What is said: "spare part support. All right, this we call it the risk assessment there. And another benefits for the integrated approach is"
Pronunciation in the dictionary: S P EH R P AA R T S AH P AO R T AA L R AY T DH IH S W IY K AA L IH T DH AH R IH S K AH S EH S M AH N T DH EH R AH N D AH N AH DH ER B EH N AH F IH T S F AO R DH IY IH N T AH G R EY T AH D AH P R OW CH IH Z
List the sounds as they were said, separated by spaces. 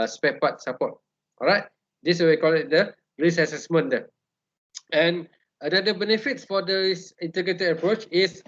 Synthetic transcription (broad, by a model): S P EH P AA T S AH P AO T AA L R AY T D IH S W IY K AA L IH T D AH R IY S AH S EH S M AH N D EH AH N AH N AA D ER B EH N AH F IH T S F AO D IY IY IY N T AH G R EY T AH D AH P R OW CH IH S